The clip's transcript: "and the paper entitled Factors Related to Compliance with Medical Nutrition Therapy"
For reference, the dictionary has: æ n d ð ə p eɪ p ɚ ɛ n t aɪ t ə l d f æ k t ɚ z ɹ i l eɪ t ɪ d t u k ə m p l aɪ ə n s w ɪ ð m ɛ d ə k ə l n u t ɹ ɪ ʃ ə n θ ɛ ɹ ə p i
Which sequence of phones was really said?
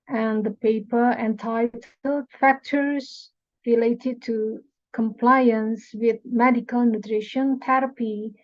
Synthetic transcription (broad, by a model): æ n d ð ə p eɪ p ɚ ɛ n t aɪ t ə d f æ k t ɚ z ɹ i l eɪ t ɪ d t u k ə m p l aɪ ə n s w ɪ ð m ɛ d ə k ə l n u t ɹ ɪ ʃ ə n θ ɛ ɹ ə p i